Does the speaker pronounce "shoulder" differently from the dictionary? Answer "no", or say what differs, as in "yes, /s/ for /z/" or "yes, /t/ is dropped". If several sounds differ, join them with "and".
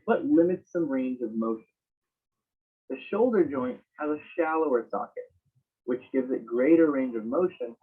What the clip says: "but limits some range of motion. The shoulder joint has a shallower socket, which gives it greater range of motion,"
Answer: no